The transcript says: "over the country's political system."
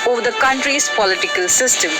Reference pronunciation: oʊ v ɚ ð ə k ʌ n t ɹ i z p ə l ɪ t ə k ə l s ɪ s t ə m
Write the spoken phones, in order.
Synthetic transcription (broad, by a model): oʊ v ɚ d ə k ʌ n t ɹ i s p ə l ɪ t ə k ə l s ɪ s t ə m